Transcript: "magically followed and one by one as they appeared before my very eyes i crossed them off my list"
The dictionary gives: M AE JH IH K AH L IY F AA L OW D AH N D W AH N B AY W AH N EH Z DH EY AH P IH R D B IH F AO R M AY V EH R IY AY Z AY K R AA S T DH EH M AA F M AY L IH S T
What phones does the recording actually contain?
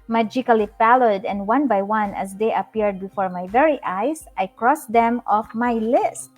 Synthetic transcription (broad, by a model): M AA JH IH K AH L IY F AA L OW D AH N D W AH N B AY W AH N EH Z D EY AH P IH R D B IH F AO R M AY V EH R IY AY S AY K R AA S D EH M AA F M AY L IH S T